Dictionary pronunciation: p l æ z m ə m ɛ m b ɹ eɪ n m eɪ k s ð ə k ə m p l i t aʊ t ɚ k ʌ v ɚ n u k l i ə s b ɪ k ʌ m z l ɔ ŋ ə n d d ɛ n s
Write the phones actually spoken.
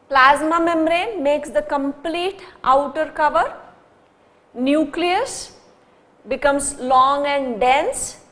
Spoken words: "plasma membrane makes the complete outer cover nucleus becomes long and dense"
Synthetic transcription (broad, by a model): p l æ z m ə m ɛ m ɹ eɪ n m eɪ k s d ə k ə m p l i t aʊ t ɚ k ʌ v ɚ n u k l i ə s b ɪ k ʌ m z l ɔ ŋ ə n d d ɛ n s